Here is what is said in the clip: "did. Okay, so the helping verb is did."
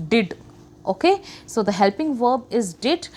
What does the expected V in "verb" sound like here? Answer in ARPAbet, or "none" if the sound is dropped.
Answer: V